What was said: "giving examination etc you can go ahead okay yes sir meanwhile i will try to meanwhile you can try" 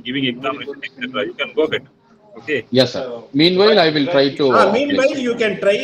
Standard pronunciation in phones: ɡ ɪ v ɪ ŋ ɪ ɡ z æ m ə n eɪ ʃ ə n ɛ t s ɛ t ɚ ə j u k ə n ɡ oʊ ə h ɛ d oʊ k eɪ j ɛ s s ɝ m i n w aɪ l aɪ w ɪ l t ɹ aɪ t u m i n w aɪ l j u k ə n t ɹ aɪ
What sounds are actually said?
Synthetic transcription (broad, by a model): ɡ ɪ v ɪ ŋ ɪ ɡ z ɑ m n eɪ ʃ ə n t ɛ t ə j u k ə n ɡ oʊ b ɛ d oʊ k eɪ j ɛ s s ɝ m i n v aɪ l aɪ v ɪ l t ɹ aɪ t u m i n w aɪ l j u k ə n t ɹ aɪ